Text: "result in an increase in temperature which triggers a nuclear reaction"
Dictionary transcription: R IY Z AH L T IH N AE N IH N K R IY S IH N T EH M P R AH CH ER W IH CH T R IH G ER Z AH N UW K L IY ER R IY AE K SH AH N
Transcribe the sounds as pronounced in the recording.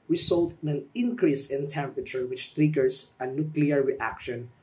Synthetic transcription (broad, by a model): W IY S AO L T IH N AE N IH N K R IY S IH N T EH M P R AH CH ER W IH CH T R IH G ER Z AH N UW K L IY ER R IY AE K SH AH N